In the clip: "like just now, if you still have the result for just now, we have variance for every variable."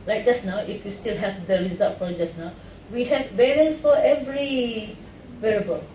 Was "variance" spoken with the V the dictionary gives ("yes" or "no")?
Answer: no